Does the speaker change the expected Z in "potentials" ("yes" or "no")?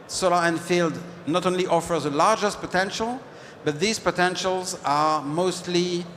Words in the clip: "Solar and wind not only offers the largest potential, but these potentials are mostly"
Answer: no